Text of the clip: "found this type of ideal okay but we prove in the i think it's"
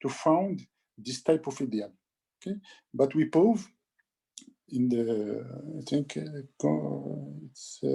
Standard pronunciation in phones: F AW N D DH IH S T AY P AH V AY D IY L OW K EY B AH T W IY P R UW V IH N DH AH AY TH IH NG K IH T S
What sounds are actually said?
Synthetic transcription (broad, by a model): F AW N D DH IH S T AY P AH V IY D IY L OW K EY B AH T W IY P UW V IH N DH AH AY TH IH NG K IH T S